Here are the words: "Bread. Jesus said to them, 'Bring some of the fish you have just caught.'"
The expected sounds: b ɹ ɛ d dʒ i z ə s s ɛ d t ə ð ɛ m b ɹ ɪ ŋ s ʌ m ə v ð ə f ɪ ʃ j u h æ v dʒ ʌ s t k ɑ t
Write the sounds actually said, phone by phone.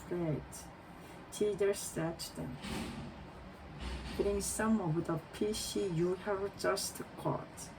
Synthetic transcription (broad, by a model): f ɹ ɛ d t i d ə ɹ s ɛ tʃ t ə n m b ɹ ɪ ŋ s ʌ m ə v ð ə p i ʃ j u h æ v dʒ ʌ s t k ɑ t